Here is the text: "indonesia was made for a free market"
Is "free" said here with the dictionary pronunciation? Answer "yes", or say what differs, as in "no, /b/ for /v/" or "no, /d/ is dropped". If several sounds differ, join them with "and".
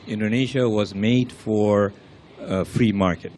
yes